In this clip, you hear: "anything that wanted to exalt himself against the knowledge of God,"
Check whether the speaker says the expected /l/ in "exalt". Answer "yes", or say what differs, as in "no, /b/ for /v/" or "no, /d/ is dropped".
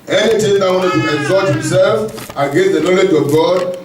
no, /l/ is dropped